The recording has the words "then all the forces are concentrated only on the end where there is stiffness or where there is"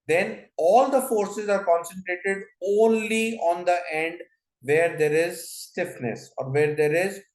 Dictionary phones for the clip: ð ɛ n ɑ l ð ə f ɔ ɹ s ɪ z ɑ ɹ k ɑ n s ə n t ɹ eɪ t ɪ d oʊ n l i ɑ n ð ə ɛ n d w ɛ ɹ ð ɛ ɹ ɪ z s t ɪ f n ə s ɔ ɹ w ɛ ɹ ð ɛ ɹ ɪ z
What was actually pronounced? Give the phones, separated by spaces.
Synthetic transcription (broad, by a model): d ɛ n ɑ l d ə f ɔ ɹ s ɪ z ɑ ɹ k ɑ n s ə n t ɹ eɪ t ɪ d oʊ n l i ɑ n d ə ɛ n d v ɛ ɹ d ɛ ɹ ɪ z s t ɪ f n ə s ɔ ɹ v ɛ ɹ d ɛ ɹ ɪ z